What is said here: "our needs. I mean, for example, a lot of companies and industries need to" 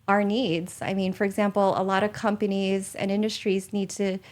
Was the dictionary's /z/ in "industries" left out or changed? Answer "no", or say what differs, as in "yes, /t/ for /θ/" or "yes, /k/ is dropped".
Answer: no